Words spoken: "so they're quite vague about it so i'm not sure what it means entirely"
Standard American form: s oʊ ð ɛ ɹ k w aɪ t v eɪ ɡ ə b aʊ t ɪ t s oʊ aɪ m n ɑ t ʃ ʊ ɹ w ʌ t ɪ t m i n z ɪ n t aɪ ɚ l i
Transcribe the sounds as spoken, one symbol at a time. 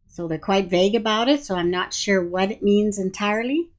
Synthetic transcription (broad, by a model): s oʊ ð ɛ ɹ k w aɪ t v eɪ ɡ ə b aʊ t ɪ t s oʊ aɪ m n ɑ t ʃ ʊ ɹ w ʌ t ɪ t m i n z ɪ n t aɪ ɚ l i